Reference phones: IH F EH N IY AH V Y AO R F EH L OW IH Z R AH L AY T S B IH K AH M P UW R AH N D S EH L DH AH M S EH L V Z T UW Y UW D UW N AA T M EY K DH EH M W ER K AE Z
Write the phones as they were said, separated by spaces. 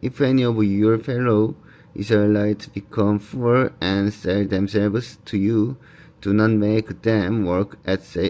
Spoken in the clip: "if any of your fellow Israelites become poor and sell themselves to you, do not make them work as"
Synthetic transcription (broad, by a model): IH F EH N IY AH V Y AO R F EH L OW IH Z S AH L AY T B IH K AH M F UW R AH N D S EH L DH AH M S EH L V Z T UW Y UW D UW N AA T M EY K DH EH M W ER K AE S